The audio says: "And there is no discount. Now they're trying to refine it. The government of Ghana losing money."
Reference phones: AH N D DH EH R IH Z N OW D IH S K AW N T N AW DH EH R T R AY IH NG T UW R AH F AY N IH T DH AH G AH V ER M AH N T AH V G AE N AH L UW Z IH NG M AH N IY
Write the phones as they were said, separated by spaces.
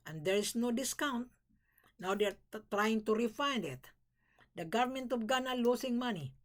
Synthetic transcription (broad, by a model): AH N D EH R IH S N OW D IH S K AW N T N AW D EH R T R AY IH NG T UW R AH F AY N IH T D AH G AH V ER M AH N T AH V G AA N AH L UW S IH NG M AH N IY